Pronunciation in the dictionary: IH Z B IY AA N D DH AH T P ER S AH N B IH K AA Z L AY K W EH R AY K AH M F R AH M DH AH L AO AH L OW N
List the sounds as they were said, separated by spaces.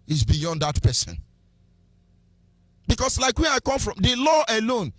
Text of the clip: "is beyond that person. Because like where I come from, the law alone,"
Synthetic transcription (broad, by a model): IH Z B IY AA N D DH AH T P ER S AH N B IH K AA S L AY K W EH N AY K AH M F R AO M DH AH L AO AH L OW N